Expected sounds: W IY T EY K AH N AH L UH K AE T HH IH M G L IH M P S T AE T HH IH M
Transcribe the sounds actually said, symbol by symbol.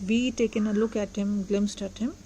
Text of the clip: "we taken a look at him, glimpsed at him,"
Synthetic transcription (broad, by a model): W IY T EY K AH N AH L UH K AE T HH IH M G L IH M S T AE T HH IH M